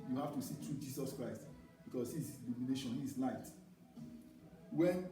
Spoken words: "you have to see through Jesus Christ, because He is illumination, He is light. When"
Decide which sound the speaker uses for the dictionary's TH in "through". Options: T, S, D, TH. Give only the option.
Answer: T